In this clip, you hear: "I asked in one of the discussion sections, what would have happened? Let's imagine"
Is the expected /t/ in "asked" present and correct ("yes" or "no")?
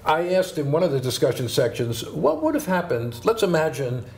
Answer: yes